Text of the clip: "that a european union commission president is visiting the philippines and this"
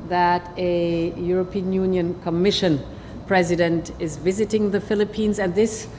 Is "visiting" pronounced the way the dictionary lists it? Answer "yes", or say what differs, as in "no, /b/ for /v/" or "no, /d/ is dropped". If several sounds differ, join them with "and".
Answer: yes